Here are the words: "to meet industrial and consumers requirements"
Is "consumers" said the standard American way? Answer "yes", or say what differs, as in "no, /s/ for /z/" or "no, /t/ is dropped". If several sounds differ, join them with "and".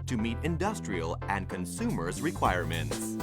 yes